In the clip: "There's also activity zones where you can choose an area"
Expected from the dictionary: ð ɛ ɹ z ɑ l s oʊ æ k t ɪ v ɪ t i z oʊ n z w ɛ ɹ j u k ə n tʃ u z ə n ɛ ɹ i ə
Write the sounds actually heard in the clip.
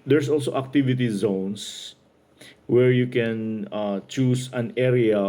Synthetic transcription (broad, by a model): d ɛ ɹ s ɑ l s oʊ æ k t ɪ v ɪ t i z oʊ n s w ɛ ɹ j u k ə n tʃ u s ə n ɛ ɹ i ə